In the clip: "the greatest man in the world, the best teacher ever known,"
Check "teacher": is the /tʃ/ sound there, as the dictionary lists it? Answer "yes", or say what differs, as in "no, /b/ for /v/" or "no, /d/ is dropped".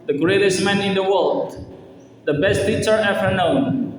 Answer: no, /s/ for /tʃ/